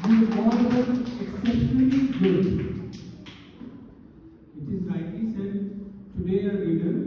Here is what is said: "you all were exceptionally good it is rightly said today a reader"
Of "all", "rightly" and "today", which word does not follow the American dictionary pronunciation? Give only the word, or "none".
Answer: rightly